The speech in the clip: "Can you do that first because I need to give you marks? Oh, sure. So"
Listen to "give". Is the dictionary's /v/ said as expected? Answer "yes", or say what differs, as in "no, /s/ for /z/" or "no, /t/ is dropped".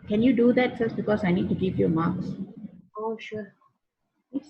no, /p/ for /v/